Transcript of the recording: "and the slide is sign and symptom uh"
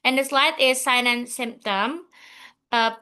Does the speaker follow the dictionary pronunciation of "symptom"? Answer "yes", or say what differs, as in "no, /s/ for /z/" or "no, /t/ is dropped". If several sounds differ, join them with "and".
yes